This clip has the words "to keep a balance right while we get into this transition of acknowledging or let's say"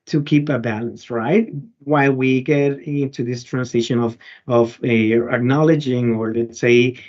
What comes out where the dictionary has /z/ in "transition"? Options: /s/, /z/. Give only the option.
/s/